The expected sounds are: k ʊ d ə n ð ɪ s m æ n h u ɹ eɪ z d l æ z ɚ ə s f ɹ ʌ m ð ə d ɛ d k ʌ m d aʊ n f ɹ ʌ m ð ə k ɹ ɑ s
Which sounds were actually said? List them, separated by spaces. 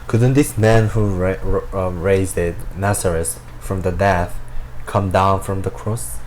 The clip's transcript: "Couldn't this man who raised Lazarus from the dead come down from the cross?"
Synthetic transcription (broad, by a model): k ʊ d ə n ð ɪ s m æ n h u ɹ eɪ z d n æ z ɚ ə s f ɹ ʌ m ð ə d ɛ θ k ʌ m d aʊ n f ɹ ʌ m ð ə k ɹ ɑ s